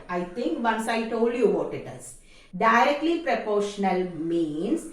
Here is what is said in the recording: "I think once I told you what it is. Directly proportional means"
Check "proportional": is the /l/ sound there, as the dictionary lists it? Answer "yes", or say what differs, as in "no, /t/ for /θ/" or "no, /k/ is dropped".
yes